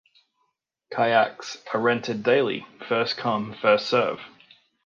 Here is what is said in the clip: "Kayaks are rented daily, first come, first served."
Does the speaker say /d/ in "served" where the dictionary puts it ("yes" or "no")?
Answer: no